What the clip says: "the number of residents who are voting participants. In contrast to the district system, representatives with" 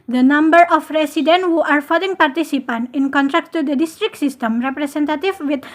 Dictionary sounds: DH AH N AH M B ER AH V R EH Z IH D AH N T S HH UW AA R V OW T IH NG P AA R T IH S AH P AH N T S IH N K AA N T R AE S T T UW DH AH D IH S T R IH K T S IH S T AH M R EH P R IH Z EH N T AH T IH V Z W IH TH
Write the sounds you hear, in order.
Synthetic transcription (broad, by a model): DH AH N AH M B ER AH F R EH S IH D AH N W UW AA R F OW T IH NG P AA R T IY S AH P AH N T IH N K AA N T R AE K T T UW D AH D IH S T R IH K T S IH S T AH M R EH P R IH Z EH N T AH T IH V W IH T